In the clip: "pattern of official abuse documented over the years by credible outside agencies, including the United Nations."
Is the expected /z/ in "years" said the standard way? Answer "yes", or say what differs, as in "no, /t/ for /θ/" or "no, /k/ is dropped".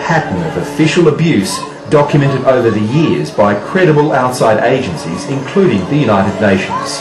yes